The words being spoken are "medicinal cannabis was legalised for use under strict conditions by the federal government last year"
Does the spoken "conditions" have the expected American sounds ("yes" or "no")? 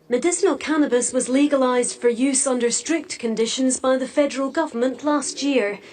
yes